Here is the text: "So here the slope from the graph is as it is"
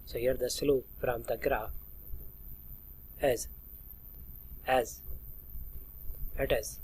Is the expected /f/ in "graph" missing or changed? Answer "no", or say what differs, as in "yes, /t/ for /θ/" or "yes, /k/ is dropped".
yes, /f/ is dropped